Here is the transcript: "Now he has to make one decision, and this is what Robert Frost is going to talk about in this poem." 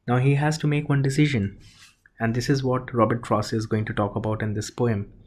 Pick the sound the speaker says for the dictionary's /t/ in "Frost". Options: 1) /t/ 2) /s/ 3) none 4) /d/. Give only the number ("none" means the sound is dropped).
3